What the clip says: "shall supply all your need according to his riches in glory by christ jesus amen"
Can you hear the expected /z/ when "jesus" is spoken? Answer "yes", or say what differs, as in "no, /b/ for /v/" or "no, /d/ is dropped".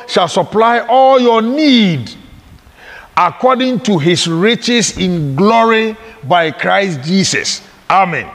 no, /s/ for /z/